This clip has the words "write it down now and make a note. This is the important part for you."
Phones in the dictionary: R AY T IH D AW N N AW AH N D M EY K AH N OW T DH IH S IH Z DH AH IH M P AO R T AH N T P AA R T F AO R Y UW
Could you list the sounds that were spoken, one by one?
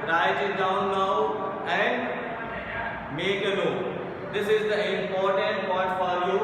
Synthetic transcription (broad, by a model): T AY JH IH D AW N N AW AH N D M EY K AH L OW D IH S IH Z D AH IH M P AO R T AH N T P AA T F AO R Y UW